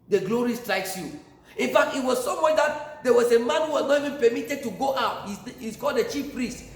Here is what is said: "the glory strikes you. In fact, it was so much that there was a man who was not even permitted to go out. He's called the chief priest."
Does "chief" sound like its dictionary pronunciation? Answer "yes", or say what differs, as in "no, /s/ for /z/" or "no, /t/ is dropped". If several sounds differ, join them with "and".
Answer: yes